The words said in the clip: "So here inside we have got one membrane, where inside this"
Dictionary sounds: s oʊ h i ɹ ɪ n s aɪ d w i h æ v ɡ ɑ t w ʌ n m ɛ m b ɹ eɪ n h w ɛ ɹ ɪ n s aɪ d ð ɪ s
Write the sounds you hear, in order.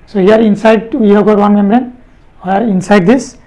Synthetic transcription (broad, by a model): s oʊ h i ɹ ɪ n s aɪ d w i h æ b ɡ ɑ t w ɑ n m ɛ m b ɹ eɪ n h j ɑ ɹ ɪ n s aɪ d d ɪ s